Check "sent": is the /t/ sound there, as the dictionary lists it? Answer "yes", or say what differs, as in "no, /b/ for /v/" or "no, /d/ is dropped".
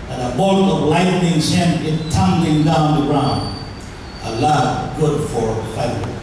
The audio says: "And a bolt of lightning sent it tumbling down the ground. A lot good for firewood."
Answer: no, /t/ is dropped